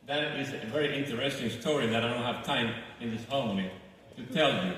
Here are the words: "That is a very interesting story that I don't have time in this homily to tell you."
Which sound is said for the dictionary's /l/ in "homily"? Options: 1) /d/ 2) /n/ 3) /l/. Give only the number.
2